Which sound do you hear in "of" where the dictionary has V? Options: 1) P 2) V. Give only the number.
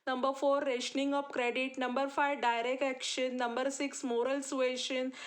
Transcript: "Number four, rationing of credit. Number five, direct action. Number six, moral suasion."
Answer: 1